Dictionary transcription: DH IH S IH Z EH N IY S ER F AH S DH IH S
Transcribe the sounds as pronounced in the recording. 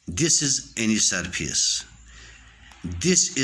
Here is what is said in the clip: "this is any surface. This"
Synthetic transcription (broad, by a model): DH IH S IH Z EH N IY S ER P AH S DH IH S